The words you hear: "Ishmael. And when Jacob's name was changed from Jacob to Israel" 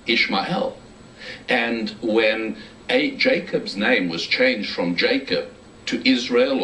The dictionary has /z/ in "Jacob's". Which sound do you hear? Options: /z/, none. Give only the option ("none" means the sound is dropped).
/z/